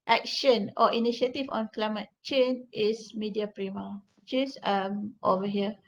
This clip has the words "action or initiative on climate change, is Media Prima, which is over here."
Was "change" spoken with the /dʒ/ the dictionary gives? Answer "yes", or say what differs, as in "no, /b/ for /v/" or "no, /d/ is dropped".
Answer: no, /dʒ/ is dropped